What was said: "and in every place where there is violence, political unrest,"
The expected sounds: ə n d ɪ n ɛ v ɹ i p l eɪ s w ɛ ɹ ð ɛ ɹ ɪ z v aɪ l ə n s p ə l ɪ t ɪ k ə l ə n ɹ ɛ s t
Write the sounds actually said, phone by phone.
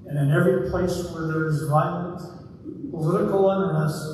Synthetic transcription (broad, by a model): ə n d ɪ n ɛ v ɹ i p l eɪ s w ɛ ɹ ð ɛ ɹ ɪ z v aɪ ə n p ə l ɪ t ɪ k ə l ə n ɹ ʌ s